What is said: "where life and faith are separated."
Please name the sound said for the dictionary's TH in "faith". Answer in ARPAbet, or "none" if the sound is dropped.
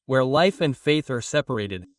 TH